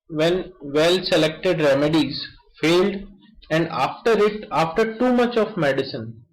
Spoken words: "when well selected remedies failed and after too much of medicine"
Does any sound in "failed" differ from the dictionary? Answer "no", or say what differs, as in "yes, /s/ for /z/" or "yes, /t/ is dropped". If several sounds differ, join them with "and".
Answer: no